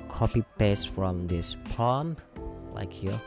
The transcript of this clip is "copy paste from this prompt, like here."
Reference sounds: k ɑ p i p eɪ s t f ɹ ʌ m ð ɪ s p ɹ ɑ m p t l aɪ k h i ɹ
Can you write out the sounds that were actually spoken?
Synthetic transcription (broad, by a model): k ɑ p i p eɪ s f ɹ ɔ m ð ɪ s p ɑ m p l aɪ k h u